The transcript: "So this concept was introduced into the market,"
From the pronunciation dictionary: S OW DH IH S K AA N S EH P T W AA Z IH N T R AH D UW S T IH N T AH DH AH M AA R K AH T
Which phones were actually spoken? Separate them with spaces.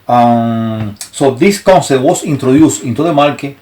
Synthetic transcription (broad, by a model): S OW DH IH S K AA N S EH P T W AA S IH N T R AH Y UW S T IH N T AH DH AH M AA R K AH